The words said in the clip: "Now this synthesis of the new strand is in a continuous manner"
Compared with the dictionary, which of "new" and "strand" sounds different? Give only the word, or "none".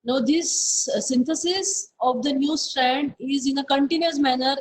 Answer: none